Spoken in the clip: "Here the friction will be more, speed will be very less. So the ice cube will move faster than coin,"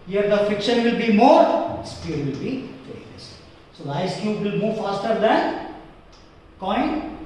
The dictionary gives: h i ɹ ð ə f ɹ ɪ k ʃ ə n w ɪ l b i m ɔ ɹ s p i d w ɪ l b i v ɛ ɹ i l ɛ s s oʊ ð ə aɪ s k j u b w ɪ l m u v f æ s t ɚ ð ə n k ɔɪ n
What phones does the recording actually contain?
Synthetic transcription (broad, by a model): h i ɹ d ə f ɪ k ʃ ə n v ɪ l b i m ɔ ɹ s p i d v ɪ l b i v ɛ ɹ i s s oʊ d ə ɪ s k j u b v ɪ l m u v f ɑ s t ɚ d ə n k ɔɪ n